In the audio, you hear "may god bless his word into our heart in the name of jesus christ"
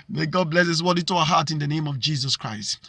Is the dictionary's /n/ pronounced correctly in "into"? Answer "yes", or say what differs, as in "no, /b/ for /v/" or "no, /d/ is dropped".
no, /n/ is dropped